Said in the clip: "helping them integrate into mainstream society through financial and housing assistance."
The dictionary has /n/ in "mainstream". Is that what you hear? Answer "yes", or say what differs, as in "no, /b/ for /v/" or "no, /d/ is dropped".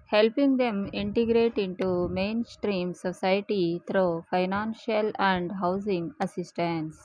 yes